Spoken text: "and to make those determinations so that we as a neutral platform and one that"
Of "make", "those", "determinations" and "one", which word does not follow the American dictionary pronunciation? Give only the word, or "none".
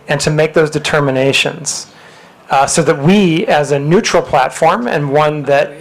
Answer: none